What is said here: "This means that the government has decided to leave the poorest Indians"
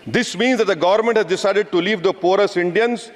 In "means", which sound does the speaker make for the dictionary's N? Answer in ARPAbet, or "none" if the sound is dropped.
N